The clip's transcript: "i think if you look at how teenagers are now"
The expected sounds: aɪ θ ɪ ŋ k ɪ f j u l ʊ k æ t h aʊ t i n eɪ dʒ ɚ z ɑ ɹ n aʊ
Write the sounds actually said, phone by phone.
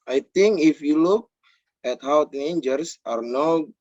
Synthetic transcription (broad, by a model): aɪ t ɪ ŋ k ɪ f j u l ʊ k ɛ t h aʊ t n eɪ dʒ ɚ s ɑ ɹ n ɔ